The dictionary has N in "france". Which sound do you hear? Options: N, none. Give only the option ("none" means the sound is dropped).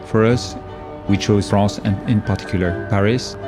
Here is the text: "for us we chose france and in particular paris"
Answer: none